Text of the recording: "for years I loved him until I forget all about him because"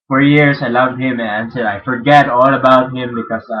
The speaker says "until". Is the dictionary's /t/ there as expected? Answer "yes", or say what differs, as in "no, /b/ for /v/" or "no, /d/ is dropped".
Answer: no, /s/ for /t/